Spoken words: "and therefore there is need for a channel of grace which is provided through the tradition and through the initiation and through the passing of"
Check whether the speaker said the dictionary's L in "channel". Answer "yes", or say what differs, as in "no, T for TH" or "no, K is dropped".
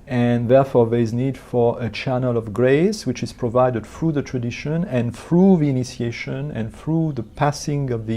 yes